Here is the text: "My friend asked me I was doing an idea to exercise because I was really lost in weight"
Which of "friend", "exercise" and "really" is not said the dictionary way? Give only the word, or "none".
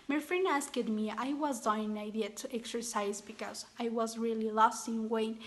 friend